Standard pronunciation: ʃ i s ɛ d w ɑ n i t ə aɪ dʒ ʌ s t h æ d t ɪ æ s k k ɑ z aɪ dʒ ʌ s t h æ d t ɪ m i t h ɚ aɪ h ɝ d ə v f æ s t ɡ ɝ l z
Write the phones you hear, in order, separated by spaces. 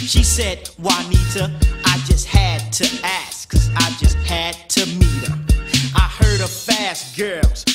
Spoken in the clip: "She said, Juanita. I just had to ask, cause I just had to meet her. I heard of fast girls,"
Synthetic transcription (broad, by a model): ʃ i s ɛ d w ɑ n i t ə aɪ dʒ ʌ s t h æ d t ɪ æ s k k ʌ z aɪ dʒ ʌ s t h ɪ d t ɪ m i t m aɪ h ɝ d ə v f æ s t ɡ ɝ l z